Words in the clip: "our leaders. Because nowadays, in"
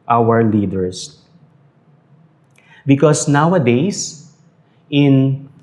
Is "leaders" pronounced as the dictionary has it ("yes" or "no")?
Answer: no